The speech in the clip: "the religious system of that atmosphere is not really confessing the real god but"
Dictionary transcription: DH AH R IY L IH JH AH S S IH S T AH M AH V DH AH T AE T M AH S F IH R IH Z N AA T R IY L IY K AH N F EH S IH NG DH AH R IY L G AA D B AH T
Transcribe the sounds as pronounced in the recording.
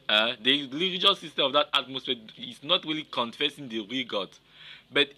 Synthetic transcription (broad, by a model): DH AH L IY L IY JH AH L S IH S T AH AH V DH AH T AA T M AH S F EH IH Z N AA T R IY L IY K AH N F EH S IH NG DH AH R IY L G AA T B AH T